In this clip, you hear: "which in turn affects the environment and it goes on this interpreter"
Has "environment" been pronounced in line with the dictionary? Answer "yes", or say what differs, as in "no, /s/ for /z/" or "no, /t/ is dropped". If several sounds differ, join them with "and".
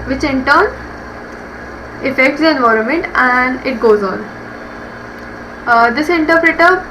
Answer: yes